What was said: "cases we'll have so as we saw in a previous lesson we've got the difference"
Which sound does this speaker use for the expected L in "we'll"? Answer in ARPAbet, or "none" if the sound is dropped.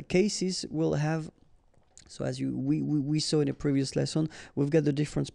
L